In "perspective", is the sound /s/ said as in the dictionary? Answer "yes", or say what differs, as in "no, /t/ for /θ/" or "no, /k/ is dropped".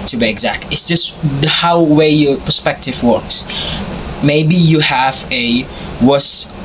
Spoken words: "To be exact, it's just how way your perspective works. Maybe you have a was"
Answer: yes